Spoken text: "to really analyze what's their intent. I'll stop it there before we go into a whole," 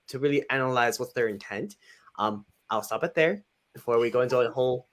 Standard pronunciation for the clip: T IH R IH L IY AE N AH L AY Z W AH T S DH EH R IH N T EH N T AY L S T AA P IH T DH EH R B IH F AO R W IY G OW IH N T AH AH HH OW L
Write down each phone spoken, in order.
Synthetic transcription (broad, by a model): T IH R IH L IY AE N AH L AY Z W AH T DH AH R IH N T EH N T AY L S T AA P IH T DH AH R B IH F AO R W IY G OW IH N T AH AH HH OW L